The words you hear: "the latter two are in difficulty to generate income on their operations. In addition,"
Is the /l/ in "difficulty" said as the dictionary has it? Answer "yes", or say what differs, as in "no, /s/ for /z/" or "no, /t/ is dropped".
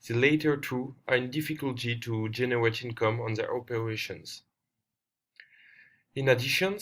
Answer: yes